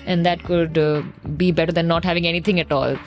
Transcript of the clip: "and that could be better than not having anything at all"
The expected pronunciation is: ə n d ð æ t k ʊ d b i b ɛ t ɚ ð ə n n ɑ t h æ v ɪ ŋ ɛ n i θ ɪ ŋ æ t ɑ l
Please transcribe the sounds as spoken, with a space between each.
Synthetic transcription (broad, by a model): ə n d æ t k ʊ d b i b ɛ t ɚ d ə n n ɑ t h æ v ɪ ŋ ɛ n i t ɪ ŋ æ t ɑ l